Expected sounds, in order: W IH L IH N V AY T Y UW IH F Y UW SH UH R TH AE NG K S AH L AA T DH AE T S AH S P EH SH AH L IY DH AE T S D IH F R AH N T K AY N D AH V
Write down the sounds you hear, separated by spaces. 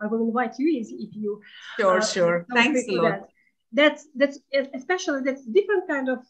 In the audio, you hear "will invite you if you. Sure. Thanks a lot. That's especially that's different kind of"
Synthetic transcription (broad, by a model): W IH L IH N V AY T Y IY IH F Y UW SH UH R S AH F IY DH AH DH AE T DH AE T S AH S P EH SH AH L IY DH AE T S D IH F R AH N T K AY N D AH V